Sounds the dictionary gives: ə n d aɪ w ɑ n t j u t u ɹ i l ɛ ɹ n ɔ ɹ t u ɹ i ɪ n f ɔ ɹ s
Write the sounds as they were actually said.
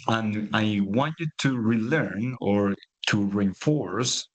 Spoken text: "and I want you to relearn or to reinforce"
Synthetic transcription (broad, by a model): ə n aɪ w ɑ n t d t u ɹ i l ɛ ɹ n ɔ ɹ t u ɹ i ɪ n f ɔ ɹ s